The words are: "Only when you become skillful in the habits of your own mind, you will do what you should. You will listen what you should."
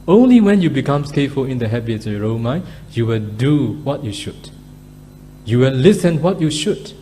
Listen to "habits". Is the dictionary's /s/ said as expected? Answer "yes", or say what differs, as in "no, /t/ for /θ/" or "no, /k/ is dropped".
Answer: no, /s/ is dropped